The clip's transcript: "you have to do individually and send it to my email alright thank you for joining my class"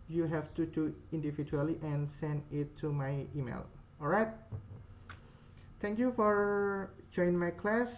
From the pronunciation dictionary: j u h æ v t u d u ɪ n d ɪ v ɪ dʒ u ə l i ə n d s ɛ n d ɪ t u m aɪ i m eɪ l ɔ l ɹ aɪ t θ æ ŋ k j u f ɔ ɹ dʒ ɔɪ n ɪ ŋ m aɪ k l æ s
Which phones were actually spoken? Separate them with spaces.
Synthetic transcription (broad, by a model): j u h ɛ f t u d u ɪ n d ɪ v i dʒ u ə l i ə n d s ɛ n d ɪ t u m aɪ i m eɪ l ɔ l ɹ aɪ t t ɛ ŋ k j u f ɔ ɹ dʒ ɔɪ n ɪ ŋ m aɪ k l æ s